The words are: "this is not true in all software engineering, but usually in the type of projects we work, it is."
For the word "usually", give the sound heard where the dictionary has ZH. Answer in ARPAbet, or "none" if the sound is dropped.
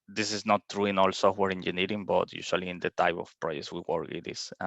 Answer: S